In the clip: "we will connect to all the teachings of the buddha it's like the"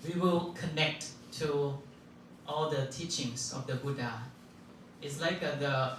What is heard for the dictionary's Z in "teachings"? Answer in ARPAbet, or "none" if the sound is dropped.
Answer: S